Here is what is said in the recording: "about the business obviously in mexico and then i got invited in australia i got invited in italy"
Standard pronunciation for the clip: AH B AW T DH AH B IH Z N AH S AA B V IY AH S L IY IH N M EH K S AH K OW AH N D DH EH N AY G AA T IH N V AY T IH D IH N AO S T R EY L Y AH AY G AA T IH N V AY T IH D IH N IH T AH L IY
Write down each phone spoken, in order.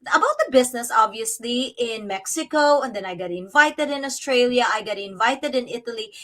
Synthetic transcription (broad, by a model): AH B AW T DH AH B IH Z N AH S AA B V IY AH S L IY IH N M EH K S AH K OW AH N D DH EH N AY G AA T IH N V AY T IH D IH N AO S T R EY L Y AH AY G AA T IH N V AY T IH D IH N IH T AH L IY